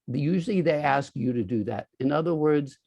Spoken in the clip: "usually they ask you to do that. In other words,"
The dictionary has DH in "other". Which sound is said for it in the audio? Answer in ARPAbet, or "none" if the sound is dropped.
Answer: DH